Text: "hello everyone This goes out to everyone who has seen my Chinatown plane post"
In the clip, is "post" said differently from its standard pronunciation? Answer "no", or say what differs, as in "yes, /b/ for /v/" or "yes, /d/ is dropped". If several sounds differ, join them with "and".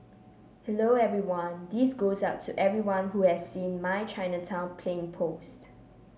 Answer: no